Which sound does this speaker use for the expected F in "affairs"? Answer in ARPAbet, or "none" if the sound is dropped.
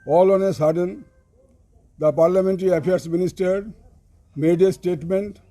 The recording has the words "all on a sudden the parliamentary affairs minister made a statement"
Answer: P